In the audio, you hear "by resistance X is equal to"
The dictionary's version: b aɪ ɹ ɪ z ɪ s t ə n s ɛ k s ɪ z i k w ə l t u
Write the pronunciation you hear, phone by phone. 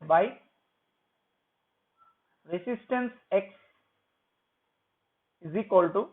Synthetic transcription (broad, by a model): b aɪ ɹ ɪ s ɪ s t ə n s ɛ k s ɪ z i k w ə l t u